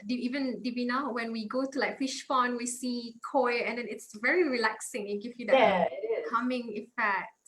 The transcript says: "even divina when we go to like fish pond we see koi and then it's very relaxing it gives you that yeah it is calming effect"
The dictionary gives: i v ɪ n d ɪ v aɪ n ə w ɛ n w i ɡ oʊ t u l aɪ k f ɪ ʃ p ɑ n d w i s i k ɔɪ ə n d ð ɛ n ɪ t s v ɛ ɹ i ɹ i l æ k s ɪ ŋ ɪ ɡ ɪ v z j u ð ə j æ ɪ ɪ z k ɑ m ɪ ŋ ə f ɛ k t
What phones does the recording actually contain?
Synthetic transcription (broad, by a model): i v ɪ n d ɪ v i n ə w ɛ n w i ɡ oʊ t u l aɪ k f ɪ ʃ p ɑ n w i s i k ɔɪ ə n d ɛ n ɪ t s v ɛ ɹ i ɹ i l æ k s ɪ ŋ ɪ ɡ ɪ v j u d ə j k ɑ m ɪ ŋ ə f ɛ k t